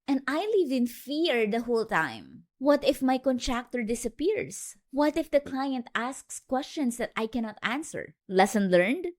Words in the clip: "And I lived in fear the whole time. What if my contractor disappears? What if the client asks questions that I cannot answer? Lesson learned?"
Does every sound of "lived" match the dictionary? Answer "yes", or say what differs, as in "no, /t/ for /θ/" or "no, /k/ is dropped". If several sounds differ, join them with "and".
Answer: no, /d/ is dropped